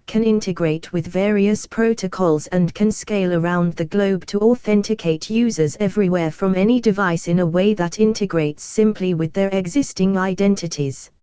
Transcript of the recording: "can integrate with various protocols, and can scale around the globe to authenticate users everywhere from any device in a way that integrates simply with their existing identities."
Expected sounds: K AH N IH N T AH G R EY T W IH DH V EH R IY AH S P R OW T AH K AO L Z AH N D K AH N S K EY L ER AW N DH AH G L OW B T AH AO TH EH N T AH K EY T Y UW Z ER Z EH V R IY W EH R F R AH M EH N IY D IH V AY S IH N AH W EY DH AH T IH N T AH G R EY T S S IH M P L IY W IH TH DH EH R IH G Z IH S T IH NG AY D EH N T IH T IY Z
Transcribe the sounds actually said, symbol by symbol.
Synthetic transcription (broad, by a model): K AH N IH N T AH G R EY T W IH DH V EH R IY AH S P R OW T AH K AO L Z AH N K AH N S K EY L ER AW N DH AH G L OW B T AH AO TH EH N T AH K EY T Y UW Z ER Z EH V R IY W EH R F R AH M EH N IY D IH V AY S IH N AH W EY DH AH T IH N T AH G R EY T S S IH M P L IY W IH DH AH R IH G Z IH S T IH NG AY D EH N T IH T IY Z